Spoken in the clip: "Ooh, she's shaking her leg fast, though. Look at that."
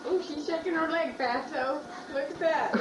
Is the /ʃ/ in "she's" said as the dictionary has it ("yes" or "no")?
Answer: yes